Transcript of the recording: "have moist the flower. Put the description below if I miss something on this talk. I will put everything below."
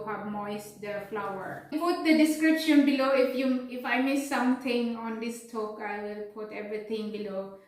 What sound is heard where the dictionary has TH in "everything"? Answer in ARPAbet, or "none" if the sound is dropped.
T